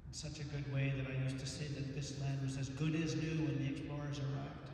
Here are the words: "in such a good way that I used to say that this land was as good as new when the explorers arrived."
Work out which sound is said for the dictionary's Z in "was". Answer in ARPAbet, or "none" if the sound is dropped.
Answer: Z